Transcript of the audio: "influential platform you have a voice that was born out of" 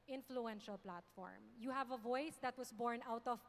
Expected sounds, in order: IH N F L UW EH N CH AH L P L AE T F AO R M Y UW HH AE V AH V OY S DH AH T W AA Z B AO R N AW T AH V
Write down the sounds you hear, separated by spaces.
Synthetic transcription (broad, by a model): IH N F L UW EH N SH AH L P L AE T F AO R M Y UW HH AE V AH V OY S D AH T W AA S B AO R N AW T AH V